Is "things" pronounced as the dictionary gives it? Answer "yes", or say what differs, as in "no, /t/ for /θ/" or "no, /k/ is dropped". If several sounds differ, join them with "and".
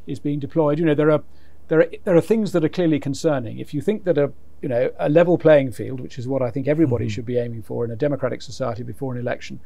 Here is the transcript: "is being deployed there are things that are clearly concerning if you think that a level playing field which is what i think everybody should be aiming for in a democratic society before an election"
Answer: yes